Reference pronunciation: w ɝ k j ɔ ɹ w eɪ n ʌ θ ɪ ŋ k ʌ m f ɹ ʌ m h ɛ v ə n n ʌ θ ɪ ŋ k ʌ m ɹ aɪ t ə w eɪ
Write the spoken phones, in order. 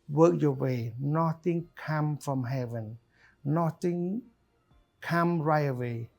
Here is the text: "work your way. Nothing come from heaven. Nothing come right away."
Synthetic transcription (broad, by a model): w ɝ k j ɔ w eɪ n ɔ t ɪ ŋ k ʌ m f ɹ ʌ m h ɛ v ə n n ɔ t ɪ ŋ k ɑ m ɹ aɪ ə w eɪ